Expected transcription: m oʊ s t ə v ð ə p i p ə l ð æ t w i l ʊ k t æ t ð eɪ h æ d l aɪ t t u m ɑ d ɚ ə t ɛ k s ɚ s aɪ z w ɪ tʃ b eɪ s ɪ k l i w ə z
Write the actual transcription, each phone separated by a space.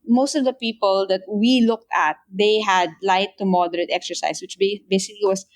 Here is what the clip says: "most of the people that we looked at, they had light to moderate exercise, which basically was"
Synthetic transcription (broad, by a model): m oʊ s t ə v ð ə p i p ə l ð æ t w i l ʊ k t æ t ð eɪ h æ d l aɪ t t u m ɑ d ɚ ə t ɛ k s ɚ s aɪ s w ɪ tʃ b eɪ s ɪ k l i w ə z